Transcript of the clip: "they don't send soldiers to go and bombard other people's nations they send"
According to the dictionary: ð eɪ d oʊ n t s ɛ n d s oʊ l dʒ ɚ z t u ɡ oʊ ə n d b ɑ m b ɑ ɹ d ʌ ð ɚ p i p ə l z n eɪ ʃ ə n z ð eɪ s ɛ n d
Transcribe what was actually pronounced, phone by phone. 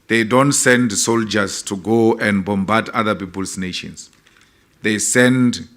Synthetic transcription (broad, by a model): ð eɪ d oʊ n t s ɛ n d s oʊ l dʒ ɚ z t u ɡ oʊ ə n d b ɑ m b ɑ d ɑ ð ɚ p i p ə l s n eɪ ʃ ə n s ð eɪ s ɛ n d